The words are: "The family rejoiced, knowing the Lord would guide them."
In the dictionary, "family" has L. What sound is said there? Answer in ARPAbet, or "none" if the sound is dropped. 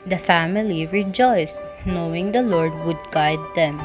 L